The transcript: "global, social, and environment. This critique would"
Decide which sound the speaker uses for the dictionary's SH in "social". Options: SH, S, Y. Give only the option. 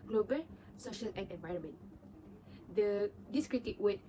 SH